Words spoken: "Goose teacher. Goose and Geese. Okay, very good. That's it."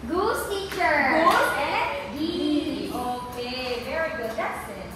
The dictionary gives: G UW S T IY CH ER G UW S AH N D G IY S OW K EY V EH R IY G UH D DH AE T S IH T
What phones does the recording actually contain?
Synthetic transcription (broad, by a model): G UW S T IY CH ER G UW AH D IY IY OW K EY V EH R IY G UH D DH AE T S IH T